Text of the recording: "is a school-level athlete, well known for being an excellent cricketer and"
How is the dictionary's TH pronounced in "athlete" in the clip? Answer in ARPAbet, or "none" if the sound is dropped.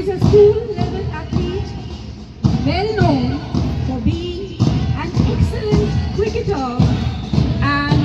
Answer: T